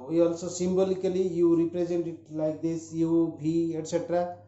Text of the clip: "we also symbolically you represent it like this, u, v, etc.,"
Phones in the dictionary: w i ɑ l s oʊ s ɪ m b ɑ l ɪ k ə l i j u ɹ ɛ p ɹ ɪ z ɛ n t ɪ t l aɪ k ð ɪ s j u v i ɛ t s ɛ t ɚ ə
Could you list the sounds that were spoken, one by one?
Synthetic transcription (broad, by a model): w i ɑ l s oʊ s ɪ m b ɑ l ɪ k ə l i j u ɹ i p ɹ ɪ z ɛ n t ɪ t l aɪ k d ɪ s j u b i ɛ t s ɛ t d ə